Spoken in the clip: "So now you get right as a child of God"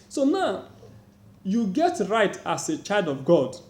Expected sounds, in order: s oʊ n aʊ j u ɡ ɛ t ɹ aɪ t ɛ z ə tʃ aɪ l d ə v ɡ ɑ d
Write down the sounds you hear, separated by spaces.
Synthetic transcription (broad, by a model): s oʊ n aʊ j u ɡ ɛ t ɹ aɪ t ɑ s ə tʃ aɪ l d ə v ɡ ɑ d